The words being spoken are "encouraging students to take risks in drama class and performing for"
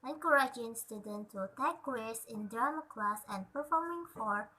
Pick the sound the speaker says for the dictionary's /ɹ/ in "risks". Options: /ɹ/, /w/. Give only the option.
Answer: /w/